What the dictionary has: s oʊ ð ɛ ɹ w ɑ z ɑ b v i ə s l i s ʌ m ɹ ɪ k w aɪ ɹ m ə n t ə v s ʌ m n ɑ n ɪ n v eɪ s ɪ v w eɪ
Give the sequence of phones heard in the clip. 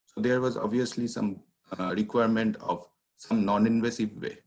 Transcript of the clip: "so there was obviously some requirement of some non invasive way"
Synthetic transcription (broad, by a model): s oʊ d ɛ ɹ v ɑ z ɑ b v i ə s l i s ʌ m ɹ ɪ k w aɪ ɹ m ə n t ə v s ʌ m n ɑ n ɪ n v eɪ s ɪ v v eɪ